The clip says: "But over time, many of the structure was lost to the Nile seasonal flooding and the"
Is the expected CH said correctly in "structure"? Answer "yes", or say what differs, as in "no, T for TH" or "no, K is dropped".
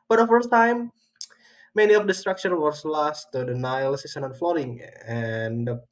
no, SH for CH